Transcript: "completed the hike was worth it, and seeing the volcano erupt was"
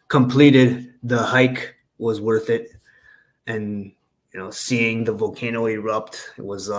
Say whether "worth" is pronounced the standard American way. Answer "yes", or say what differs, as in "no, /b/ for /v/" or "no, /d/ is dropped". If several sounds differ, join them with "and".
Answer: yes